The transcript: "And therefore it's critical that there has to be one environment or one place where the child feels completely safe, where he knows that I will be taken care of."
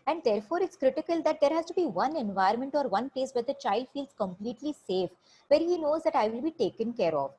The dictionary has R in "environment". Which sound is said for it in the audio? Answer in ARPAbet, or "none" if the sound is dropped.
none